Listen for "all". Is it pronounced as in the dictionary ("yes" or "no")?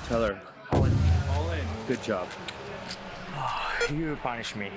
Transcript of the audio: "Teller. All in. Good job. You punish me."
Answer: no